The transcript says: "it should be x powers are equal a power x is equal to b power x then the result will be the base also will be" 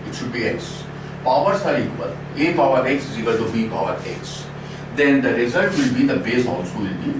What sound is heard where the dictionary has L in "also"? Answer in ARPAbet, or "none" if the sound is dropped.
N